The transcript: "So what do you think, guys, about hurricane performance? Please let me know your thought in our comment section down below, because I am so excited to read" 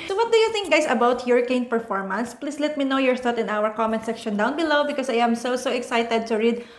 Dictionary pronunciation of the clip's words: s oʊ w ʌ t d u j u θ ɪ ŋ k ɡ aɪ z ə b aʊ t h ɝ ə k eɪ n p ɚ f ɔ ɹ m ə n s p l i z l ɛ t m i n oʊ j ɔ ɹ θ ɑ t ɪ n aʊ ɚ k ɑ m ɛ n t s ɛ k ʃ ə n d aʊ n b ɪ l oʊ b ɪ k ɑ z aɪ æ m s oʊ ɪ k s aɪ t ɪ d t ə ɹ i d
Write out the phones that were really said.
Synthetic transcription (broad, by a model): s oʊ w ʌ t d u j u θ ɪ ŋ k ɡ aɪ s ə b aʊ t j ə k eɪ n p ɚ f ɔ ɹ m ə n s p l i s l ɛ t m i n oʊ j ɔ ɹ t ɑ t ɪ n aʊ ɚ k ɑ m ɛ n t s ɛ k ʃ ə n d aʊ n b ɪ l oʊ b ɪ k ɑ s aɪ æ m s oʊ ɪ k s aɪ t ɪ d t ə ɹ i d